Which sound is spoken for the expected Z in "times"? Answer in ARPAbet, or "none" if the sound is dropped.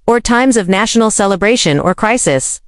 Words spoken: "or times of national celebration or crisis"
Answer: Z